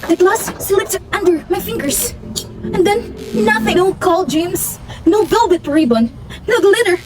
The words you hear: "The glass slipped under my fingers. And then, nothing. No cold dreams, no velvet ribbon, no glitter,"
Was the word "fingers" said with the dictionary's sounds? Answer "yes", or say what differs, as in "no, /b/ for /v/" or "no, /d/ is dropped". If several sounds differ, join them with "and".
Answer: no, /s/ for /z/